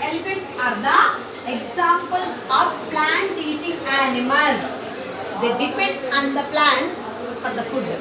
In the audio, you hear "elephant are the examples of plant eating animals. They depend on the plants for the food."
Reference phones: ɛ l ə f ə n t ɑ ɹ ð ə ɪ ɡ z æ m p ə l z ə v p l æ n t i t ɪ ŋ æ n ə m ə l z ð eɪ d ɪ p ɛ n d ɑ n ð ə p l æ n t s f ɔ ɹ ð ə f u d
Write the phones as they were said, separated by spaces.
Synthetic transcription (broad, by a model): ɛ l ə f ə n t ɑ ɹ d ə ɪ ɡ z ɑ m p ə l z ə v p l æ n t i t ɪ ŋ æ n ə m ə l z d eɪ d ɪ p ɛ n d ɑ n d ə p l æ n t s f ɔ ɹ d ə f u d